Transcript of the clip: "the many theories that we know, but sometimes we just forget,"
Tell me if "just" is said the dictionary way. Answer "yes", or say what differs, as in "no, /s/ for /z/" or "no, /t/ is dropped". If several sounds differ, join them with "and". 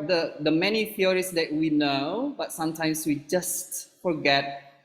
yes